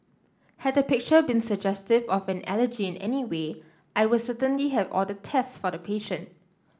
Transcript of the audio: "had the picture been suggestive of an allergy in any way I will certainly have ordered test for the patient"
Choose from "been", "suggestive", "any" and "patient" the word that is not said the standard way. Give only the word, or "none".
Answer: none